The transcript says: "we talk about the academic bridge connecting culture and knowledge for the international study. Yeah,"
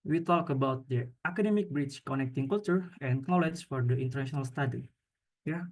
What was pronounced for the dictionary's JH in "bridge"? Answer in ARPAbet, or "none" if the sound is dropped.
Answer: CH